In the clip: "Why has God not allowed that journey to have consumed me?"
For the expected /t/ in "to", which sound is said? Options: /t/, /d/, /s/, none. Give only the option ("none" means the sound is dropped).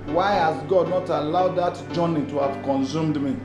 /t/